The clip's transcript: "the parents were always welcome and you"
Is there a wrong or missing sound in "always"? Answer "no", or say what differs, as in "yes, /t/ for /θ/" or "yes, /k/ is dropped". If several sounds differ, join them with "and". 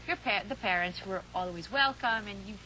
no